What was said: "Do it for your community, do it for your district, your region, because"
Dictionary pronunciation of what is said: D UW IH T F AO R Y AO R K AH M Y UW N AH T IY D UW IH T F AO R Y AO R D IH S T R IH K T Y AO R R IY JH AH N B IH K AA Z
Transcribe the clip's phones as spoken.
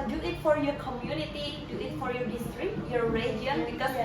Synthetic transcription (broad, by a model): D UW IH T F AO R Y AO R K AH M Y UW N AH T IY D UW IH T F AO R Y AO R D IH S T R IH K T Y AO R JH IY AH N B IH K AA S